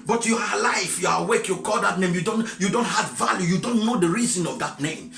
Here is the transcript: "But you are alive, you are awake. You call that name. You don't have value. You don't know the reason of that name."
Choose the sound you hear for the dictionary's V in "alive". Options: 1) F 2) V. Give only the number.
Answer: 1